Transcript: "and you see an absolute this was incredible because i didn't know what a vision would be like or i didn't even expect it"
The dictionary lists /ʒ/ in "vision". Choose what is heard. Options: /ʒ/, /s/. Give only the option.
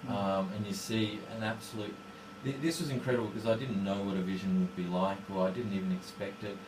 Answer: /ʒ/